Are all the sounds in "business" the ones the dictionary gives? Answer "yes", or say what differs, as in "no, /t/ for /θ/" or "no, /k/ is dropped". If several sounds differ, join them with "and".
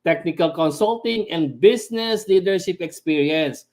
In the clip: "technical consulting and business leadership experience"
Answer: no, /s/ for /z/